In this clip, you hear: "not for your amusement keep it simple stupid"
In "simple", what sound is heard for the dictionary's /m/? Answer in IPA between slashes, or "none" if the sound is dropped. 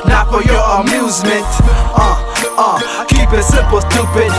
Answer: none